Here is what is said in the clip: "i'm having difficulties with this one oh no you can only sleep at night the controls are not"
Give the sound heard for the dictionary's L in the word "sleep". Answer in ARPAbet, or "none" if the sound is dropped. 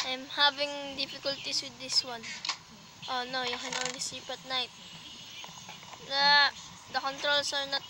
none